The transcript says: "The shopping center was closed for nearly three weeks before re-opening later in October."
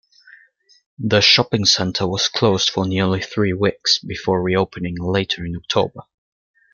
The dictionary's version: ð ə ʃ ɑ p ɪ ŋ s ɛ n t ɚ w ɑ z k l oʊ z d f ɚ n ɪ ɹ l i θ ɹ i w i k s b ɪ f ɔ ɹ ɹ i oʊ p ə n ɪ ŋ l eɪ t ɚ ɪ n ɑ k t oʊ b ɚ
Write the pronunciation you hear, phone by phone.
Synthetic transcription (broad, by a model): ð ə ʃ ɑ p ɪ ŋ s ɛ n t ɚ w ɑ z k l oʊ z d f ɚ n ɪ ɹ l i θ ɹ i w i k s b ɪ f ɔ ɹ ɹ i oʊ p ə n ɪ ŋ l eɪ t ɚ ɪ n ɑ k t oʊ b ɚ